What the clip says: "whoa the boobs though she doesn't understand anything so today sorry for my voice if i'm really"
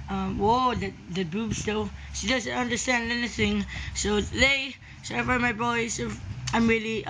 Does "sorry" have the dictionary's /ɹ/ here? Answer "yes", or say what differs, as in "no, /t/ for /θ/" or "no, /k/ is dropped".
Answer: no, /ɹ/ is dropped